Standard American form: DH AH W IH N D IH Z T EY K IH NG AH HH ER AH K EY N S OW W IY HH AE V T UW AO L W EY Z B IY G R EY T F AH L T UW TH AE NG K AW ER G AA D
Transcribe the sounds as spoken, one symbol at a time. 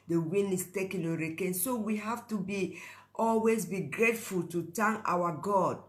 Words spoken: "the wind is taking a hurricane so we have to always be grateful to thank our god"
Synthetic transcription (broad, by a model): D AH W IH N IH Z T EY K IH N AH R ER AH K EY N S OW W IY HH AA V T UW AO L W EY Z B IY G R EY T F AH L T UW T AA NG AW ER G AA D